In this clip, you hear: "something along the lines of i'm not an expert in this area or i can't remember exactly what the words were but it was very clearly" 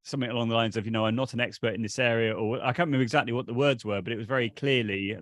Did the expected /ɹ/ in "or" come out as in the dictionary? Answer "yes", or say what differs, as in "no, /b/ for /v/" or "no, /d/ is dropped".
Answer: no, /w/ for /ɹ/